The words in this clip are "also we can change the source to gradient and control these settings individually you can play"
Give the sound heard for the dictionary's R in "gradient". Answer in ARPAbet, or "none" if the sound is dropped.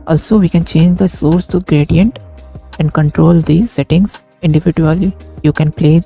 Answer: R